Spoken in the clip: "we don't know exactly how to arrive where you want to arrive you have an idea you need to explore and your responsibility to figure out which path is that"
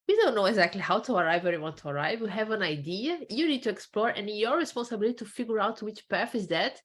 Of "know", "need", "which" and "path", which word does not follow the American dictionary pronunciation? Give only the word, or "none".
path